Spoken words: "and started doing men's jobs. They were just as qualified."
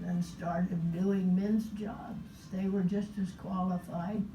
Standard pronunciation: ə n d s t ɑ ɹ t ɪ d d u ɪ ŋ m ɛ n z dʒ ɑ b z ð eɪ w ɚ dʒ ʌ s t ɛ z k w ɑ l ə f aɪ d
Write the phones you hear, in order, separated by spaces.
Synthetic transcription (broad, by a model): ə n s t ɑ ɹ t ɪ d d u ɪ ŋ m ɛ n z dʒ ɑ b z ð eɪ w ɚ dʒ ʌ s t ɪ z k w ɑ l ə f aɪ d